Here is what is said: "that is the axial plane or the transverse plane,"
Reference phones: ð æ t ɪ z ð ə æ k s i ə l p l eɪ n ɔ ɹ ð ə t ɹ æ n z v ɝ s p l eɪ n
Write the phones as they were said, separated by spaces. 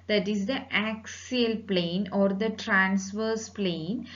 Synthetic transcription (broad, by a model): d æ t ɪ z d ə æ k s i ə l p l eɪ n ɔ ɹ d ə t ɹ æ n s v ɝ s p l eɪ n